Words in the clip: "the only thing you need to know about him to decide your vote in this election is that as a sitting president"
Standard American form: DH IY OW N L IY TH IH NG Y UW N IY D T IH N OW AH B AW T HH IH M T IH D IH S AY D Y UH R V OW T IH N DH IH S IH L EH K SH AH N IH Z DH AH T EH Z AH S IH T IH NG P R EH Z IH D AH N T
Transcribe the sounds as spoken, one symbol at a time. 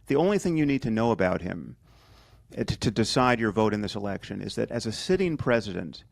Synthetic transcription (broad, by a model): DH IY OW N L IY TH IH NG Y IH N IY D T IH N OW AH B AW T HH IH M T IH D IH S AY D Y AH R V OW T IH N DH IH S IH L EH K SH AH N IH Z DH AH T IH Z AH S IH T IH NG P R EH Z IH D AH N T